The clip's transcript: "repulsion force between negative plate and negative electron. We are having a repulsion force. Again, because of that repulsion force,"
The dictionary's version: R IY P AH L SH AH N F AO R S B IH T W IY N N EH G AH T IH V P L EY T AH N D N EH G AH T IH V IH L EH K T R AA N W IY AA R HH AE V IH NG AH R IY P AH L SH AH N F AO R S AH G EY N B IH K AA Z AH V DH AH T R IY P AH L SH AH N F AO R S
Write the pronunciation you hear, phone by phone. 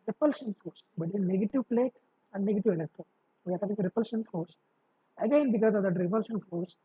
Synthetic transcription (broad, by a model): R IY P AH L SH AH N F AO R S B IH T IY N N EH G AH T IH V P L EY T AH N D N EH G AH T IH V IH L EH K T R AA N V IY AA R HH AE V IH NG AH R IY P AH L SH AH N F AO R S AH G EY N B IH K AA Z AH V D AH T R IY P AH L SH AH N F AO R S